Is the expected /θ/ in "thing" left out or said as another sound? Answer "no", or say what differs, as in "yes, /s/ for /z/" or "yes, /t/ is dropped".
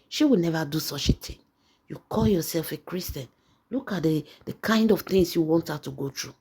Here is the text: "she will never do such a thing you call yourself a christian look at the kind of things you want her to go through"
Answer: yes, /t/ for /θ/